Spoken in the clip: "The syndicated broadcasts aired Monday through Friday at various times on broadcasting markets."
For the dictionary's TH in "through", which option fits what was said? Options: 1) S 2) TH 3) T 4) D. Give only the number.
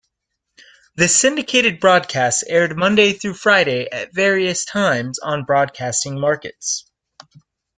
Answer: 2